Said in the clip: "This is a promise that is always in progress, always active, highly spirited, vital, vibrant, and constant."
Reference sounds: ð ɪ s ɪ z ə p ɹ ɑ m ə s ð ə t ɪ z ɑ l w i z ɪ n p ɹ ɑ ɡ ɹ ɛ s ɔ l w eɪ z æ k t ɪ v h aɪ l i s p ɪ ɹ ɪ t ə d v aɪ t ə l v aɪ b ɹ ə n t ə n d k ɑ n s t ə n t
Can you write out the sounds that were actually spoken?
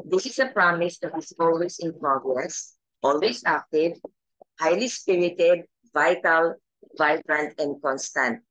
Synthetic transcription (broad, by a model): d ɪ s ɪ s ə p ɹ ɑ m ə s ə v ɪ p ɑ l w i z ɪ n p ɹ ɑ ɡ ɹ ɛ s ɔ l w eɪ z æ k t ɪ v h aɪ l i s p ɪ ɹ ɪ t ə d v aɪ t ə l v aɪ b ɹ ə n t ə n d k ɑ n s t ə n t